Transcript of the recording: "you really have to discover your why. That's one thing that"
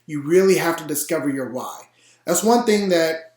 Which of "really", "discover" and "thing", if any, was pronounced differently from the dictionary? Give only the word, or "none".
none